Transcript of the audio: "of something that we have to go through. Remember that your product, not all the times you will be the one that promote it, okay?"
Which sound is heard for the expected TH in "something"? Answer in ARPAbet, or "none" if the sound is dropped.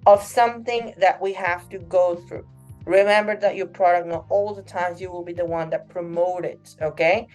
TH